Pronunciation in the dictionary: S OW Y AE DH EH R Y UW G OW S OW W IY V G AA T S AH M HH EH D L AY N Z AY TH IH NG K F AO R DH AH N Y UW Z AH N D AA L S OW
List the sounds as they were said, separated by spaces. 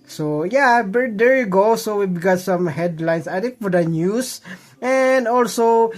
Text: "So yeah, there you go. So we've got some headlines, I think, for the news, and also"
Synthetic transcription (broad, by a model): S OW Y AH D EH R Y UW G OW S OW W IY B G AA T S AH M HH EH D L AY N S AY T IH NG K F AO R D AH N Y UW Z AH N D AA L S OW